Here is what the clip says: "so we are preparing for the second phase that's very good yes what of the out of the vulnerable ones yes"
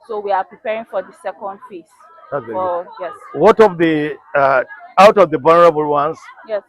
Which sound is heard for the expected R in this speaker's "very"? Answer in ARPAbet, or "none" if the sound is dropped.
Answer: none